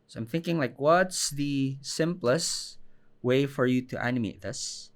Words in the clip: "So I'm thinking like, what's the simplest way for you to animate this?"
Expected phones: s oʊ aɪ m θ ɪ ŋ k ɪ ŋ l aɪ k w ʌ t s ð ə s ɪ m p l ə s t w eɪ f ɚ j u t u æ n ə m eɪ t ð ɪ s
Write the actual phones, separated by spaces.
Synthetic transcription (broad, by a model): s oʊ aɪ m θ ɪ ŋ k ɪ ŋ l aɪ k w ʌ t s ð ə s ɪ m p l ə s w eɪ f ɚ j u t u æ n ə m eɪ t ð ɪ s